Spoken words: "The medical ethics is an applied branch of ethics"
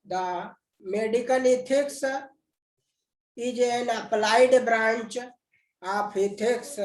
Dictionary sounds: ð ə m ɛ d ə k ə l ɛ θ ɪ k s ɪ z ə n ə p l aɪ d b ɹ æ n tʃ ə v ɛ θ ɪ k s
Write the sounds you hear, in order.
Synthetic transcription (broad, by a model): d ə m ɛ d ə k ə l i t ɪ k s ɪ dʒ ə n ə p l aɪ d b ɹ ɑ n tʃ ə p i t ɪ k s